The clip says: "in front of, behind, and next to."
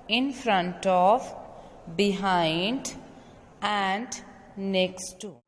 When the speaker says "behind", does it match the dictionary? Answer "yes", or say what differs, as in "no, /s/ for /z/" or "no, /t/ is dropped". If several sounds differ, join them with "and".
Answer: yes